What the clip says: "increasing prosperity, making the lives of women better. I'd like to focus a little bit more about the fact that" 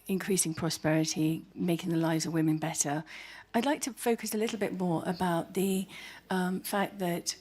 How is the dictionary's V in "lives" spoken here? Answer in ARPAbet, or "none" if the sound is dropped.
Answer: V